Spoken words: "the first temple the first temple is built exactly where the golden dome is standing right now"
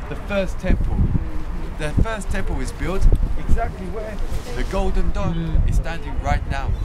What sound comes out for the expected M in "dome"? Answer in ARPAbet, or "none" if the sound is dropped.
none